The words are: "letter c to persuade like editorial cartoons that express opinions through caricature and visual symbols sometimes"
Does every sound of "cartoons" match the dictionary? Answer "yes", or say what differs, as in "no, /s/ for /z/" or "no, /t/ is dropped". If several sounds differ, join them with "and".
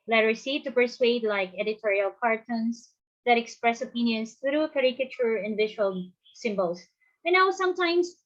no, /s/ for /z/